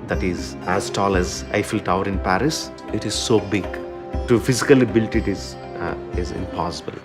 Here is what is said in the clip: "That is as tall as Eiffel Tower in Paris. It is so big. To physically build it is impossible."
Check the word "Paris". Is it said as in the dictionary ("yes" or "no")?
yes